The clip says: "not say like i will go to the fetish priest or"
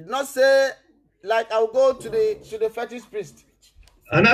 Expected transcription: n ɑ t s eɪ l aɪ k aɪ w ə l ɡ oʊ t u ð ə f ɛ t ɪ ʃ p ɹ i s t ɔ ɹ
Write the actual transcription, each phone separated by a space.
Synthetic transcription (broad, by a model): n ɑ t s eɪ l aɪ k aɪ w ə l ɡ oʊ t u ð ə f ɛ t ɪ s p ɹ i s t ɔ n